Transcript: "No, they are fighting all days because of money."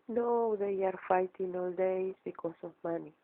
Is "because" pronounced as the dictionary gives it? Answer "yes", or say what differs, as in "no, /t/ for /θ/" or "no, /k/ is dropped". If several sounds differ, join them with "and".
no, /s/ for /z/